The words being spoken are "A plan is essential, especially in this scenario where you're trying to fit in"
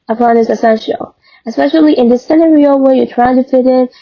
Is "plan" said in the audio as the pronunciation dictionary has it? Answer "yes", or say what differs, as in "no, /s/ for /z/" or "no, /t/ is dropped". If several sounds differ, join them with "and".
no, /l/ is dropped